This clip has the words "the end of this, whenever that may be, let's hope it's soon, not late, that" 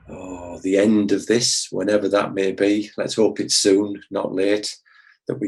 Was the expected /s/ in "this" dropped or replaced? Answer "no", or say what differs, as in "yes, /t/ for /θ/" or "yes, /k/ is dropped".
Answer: no